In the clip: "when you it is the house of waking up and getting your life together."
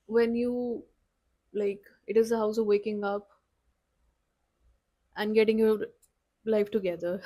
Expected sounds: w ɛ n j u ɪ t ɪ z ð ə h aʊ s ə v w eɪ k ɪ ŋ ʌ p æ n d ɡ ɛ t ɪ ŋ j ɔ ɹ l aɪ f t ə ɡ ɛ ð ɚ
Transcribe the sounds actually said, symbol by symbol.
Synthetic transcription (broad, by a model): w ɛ n j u ɪ t ɪ z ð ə h aʊ s ə v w eɪ k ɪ ŋ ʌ p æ n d ɡ ɛ t ɪ ŋ j ɔ ɹ l aɪ f t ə ɡ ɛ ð ɚ